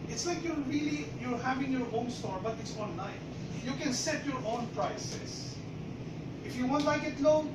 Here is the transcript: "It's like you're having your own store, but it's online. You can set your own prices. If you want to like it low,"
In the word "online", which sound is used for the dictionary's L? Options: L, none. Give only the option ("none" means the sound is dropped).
none